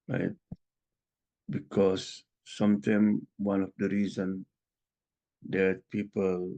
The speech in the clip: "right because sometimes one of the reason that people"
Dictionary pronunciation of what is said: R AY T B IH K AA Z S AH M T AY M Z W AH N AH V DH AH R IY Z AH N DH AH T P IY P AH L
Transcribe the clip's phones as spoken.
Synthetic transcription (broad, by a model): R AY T B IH K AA S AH M T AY M W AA N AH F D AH R IY Z AH N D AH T P IY P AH L